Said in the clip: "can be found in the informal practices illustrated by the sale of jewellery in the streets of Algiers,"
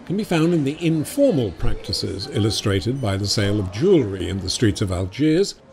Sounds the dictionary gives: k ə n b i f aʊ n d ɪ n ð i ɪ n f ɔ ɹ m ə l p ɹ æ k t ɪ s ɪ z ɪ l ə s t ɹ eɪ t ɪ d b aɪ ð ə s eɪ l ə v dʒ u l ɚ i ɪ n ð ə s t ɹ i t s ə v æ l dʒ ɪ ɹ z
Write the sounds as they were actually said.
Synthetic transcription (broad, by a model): k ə n b i f aʊ n d ɪ n ð i ɪ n f ɔ ɹ m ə l p ɹ æ k t ɪ s ɪ z ɪ l ə s t ɹ eɪ t ɪ d b aɪ ð ə s eɪ l ə v dʒ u l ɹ i ɪ n ð ə s t ɹ i t s ə v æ l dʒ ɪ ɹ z